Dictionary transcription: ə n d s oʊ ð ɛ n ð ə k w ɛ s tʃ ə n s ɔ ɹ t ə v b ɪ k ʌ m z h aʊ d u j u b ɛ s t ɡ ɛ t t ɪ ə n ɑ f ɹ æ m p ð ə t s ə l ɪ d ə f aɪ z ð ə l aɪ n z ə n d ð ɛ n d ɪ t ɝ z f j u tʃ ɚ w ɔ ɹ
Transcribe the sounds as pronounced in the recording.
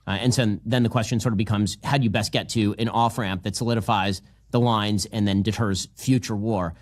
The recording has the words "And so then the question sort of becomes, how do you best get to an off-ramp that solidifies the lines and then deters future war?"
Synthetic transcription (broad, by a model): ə n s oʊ ð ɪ n ð ə k w ɛ s tʃ ə n s ɔ ɹ t ə v b ɪ k ʌ m z h aʊ d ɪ j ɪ b ɛ s t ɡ ɛ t t ɪ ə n ɑ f ɹ æ m p ð ə t s ə l ɪ d ə f aɪ z ð ə l aɪ n z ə n ð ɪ n d ɪ t ɝ z f j u tʃ ɚ w ɔ ɹ